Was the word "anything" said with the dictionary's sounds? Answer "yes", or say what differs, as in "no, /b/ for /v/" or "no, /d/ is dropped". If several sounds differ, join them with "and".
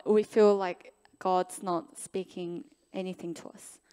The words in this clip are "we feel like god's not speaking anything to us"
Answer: yes